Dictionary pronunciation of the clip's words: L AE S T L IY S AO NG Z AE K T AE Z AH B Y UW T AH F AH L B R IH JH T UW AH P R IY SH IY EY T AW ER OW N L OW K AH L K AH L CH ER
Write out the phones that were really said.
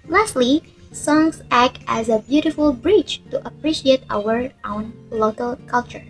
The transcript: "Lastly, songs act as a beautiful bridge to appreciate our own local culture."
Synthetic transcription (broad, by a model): L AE S T L IY S AO NG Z AE K T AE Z AH B Y UW T AH F AH L B R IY CH T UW AH P R IY SH IY EY T AW ER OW N L OW K AH L K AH L CH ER